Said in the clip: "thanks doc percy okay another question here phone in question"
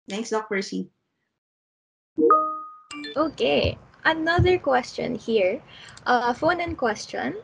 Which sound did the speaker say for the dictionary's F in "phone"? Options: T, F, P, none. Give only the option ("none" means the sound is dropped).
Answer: F